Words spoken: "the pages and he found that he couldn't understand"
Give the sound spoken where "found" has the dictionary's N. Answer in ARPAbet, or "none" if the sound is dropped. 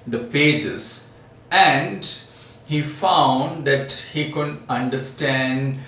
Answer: N